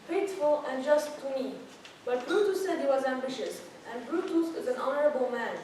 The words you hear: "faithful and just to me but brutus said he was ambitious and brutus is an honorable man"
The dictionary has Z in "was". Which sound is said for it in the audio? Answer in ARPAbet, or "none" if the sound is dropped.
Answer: Z